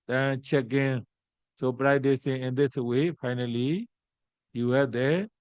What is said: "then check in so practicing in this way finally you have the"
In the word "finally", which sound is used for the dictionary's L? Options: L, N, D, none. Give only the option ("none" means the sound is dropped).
L